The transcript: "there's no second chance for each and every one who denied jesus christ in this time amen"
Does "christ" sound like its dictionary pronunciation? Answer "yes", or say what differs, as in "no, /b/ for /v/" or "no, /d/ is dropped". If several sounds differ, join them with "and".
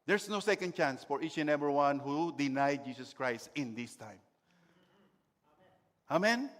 yes